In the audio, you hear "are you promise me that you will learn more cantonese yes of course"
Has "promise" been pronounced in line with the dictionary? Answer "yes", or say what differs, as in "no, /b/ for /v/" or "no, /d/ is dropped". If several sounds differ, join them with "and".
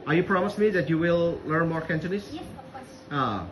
yes